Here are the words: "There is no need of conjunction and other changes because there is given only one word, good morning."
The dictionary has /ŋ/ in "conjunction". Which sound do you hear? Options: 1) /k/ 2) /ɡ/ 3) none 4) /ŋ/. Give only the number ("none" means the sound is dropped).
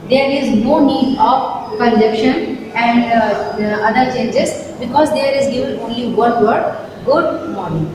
3